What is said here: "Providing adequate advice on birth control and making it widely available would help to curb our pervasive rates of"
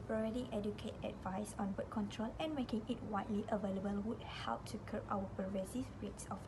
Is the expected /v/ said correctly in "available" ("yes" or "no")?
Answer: yes